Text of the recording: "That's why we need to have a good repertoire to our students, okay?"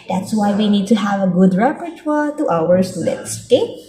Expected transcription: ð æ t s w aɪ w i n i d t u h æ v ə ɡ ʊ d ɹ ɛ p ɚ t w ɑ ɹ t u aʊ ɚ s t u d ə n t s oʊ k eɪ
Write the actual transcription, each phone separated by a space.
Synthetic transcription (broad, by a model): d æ t s w aɪ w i n i d t u h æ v ə ɡ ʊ d ɹ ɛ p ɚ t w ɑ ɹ t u aʊ ɚ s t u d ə t s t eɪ